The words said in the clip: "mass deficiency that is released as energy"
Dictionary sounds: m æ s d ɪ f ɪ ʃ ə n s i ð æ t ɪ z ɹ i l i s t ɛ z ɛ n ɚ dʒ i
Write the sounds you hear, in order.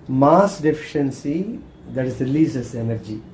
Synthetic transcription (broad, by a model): m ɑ s d ɪ f ɪ ʃ ə n s i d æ t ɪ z ɹ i l i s ɛ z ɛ n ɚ dʒ i